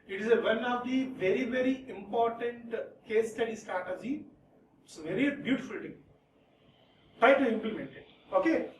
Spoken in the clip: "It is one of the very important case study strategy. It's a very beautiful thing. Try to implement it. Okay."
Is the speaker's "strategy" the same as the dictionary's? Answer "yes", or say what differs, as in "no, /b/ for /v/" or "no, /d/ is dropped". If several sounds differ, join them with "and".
no, /ɹ/ is dropped and /z/ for /dʒ/